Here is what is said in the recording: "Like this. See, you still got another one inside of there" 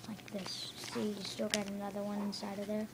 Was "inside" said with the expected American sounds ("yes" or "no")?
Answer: yes